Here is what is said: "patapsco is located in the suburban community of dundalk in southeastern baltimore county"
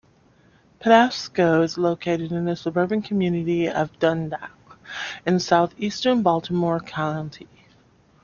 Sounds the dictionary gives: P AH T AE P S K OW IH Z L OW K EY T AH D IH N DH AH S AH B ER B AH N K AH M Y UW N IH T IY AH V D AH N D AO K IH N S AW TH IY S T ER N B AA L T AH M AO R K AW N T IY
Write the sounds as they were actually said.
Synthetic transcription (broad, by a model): P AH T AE S K OW IH Z L OW K EY T AH D IH N DH AH S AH B ER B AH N K AH M Y UW N IH T IY AH V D AH N D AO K IH N S AW TH IY S T ER N B AA L T AH M AO R K AW N T IY